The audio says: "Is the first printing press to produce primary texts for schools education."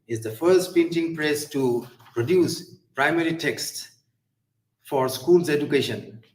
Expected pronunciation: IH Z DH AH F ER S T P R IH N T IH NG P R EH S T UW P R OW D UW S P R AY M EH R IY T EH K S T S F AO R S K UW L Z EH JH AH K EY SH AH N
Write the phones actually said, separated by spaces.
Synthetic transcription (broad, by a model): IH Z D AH F ER S T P IH N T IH NG P R EH S T UW P R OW D UW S P R AY M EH R IY T EH K S T S F AO R S K UW L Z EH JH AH K EY SH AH N